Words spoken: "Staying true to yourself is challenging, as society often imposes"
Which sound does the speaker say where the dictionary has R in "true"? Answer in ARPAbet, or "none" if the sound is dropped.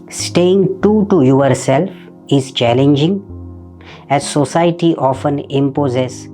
none